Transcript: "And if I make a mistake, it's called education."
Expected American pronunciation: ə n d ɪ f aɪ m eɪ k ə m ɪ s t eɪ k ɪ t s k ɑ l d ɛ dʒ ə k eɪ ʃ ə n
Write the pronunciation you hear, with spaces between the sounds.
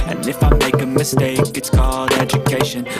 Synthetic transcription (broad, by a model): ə n ɪ f aɪ m eɪ k ə m ɪ s t eɪ k ɪ t s k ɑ d ɛ dʒ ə k eɪ ʃ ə n